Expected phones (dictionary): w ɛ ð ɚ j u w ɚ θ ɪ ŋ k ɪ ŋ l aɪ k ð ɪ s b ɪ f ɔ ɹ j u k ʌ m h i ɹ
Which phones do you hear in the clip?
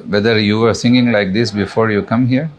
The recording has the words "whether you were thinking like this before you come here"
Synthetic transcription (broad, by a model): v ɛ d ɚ j u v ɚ s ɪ ŋ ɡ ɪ ŋ l aɪ k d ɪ s b ɪ f ɔ ɹ j u k ʌ m h i ɹ